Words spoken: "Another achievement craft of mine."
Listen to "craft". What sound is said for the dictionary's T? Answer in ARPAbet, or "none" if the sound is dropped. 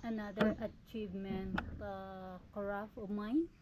none